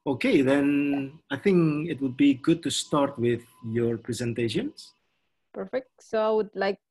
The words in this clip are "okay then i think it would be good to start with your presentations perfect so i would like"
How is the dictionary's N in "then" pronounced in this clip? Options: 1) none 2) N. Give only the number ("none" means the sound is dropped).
2